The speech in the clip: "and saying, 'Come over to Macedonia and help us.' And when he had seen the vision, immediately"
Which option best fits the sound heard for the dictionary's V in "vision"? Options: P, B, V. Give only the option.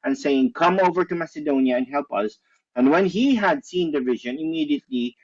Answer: V